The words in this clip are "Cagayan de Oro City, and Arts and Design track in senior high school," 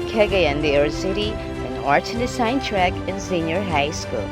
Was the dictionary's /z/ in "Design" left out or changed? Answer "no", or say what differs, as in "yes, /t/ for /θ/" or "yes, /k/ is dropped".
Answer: yes, /s/ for /z/